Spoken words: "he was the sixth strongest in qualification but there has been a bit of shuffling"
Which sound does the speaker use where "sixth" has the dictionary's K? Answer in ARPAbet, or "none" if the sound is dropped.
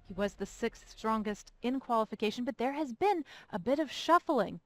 K